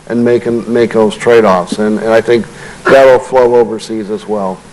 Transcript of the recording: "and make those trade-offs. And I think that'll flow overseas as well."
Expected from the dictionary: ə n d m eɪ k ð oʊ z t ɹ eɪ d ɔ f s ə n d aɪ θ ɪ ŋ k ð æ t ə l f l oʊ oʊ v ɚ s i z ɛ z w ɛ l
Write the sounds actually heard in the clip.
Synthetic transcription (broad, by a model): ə n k m eɪ k ð oʊ z t ɹ eɪ d ɔ f s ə n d aɪ θ ɪ ŋ k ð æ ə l f l oʊ oʊ v ɚ s i z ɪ z w ɛ l